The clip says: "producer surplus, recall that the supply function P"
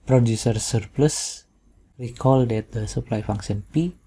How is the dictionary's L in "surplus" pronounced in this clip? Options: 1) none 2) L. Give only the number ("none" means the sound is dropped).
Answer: 2